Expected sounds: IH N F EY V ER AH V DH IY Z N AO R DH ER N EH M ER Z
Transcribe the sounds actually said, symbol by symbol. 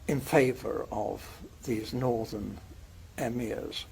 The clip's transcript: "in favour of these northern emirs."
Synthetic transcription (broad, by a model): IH N F EY V ER AH V DH IY Z N AO R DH ER N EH M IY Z